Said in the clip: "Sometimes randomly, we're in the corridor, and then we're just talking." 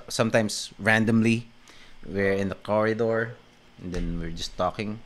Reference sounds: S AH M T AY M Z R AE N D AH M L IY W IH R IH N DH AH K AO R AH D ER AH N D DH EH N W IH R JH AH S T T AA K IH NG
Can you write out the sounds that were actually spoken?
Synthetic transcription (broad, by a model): S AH M T AY M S R AE N D AH M L IY W IH R IH N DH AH K AO R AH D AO AH N D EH N W IH R JH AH S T T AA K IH NG